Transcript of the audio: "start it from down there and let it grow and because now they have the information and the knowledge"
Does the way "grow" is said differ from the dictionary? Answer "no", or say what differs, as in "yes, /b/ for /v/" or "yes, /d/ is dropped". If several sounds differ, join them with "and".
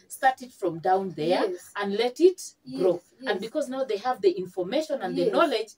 no